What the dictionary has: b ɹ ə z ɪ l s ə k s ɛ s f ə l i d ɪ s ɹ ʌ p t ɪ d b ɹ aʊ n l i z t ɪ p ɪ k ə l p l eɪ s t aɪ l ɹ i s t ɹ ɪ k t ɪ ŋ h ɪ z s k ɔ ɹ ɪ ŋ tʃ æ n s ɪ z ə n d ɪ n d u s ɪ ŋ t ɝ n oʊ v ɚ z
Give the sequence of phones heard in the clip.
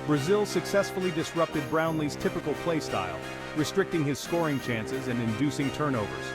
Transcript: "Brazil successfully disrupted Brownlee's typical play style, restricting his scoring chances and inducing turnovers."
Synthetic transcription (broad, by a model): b ɹ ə z ɪ l s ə k s ɛ s f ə l i d ɪ s ɹ ʌ p t ɪ d b ɹ aʊ n l i z t ɪ p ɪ k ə l p l eɪ s t aɪ l ɹ i s t ɹ ɪ k t ɪ ŋ ɪ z s k ɔ ɹ ɪ ŋ tʃ æ n s ɪ z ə n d ɪ n d u s ɪ ŋ t ɝ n oʊ v ɚ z